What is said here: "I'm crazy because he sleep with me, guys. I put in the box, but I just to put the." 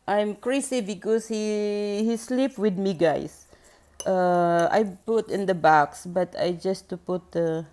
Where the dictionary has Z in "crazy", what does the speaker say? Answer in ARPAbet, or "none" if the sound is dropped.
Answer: S